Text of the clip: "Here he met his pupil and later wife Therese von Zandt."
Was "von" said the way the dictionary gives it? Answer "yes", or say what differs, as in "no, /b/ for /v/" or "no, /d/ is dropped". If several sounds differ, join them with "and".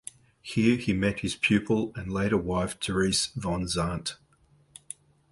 yes